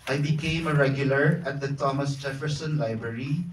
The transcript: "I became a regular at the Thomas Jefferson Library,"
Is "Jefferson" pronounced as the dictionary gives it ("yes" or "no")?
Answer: yes